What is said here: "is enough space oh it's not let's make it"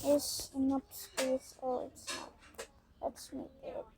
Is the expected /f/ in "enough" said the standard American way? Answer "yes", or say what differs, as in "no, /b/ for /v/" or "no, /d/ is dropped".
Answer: no, /p/ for /f/